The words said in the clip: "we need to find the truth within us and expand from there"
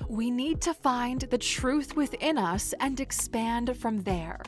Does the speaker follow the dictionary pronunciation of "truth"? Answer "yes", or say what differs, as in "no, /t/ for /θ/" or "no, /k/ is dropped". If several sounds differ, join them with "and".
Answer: yes